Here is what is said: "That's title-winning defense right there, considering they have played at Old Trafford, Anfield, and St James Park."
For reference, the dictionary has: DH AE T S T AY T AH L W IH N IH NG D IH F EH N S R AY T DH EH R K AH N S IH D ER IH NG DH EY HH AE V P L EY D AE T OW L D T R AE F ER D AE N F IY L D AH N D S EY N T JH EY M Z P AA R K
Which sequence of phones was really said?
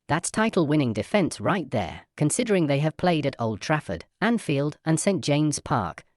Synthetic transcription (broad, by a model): DH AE T S T AY T L W IH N IH NG D IH F EH N S R AY T DH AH R K AH N S IH D ER IH NG DH EY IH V P L EY D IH T OW L D T R AE F ER D AE N F IY L D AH N S EY N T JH EY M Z P AA R K